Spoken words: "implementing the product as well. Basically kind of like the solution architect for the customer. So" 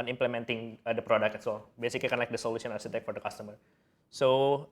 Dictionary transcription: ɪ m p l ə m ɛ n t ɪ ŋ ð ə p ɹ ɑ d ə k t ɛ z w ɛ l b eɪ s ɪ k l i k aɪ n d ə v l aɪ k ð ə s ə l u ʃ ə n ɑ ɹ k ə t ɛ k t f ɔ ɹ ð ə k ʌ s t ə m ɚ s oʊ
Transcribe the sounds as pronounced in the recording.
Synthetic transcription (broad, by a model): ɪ m p l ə m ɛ n t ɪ ŋ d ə p ɹ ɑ d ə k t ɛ s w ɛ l b eɪ s ɪ k l i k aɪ n l aɪ k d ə s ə l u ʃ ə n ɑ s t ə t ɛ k f ɔ ɹ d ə k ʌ s t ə m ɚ s oʊ